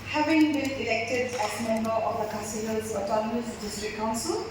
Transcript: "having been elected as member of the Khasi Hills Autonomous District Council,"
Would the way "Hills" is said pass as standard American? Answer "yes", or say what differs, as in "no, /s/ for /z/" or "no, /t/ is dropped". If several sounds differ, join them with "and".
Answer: no, /l/ is dropped